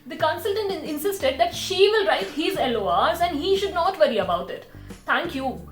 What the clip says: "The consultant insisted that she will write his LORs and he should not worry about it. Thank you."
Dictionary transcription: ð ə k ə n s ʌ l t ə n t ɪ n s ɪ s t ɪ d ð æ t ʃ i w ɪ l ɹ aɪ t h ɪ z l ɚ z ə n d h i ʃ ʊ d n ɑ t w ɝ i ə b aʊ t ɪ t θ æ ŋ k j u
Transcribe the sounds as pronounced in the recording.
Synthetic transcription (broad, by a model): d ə k ə n s ʌ l t ə n t ɪ n s ɪ s t ɪ d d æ t ʃ i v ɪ l ɹ aɪ t h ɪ z l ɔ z ə n d h i ʃ ʊ d n ɑ t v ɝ i ə b aʊ t ɪ t t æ ŋ k j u